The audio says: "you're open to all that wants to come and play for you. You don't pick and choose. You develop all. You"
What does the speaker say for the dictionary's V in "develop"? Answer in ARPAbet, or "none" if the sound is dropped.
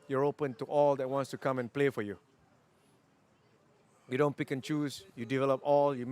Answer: V